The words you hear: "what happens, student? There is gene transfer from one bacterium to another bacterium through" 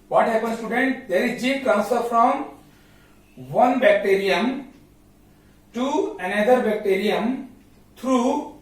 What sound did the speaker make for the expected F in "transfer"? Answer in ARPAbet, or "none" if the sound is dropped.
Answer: none